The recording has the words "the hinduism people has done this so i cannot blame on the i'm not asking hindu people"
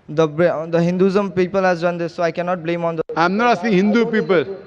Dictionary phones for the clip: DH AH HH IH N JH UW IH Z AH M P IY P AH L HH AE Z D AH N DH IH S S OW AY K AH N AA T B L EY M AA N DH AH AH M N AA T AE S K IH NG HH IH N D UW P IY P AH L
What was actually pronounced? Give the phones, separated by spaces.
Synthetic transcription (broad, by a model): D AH HH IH N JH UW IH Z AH M P IY P AH L HH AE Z D AH N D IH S S OW AY K AH N AA T B L EY M AA N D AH AH M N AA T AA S IH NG HH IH N D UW P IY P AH L